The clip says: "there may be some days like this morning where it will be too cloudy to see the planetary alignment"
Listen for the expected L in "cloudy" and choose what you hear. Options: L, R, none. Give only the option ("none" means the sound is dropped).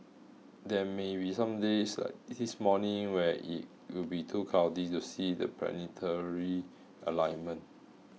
none